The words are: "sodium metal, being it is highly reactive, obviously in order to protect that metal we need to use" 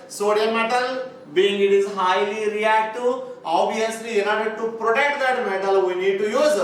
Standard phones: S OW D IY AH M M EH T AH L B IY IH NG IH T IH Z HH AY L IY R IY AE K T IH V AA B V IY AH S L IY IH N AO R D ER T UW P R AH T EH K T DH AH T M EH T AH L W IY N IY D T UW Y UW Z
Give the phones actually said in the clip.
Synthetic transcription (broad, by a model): S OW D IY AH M M EH T AH L B IY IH NG IH T IH Z HH AY L IY R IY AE K T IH AA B IY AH S L IY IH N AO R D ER T UW P R AH T EH K T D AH T M EH T AH L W IY N IY D T UW Y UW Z